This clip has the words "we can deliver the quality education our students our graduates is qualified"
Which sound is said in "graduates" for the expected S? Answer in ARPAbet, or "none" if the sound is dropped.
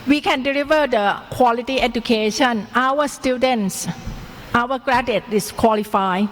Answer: none